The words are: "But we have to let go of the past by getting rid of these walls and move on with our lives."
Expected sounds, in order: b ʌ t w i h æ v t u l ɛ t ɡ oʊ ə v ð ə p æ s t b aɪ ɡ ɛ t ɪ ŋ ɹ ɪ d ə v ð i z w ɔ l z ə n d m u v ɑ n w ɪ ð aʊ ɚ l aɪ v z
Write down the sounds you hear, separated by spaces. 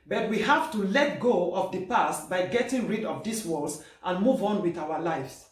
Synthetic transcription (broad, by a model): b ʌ t w i h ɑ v t u l ɛ t ɡ oʊ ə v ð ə p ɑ s t b aɪ ɡ ɛ t ɪ ŋ ɹ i d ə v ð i s w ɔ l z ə n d m u v ɑ n w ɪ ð aʊ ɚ l aɪ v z